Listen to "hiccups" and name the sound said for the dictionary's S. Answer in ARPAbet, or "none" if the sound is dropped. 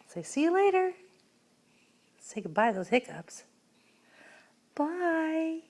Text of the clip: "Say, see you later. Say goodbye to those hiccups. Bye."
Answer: S